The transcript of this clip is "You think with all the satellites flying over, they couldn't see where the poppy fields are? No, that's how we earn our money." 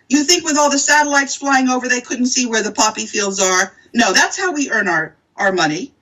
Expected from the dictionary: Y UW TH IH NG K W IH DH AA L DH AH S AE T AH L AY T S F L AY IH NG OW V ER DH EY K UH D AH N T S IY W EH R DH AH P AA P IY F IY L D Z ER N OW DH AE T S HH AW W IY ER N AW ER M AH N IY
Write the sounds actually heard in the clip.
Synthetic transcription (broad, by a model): Y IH TH IH NG K W IH DH AA L DH AH S AE T AH L AY T S F L AY IH NG OW V ER DH EY K UH D N T S IY W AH R DH AH P AA P IY F IY L D Z ER N OW DH AE T S HH AW W IY ER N AW ER M AH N IY